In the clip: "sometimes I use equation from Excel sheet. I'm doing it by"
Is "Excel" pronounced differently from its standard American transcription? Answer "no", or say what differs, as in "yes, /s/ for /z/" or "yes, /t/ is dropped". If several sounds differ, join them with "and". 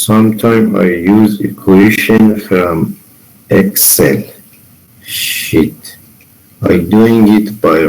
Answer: no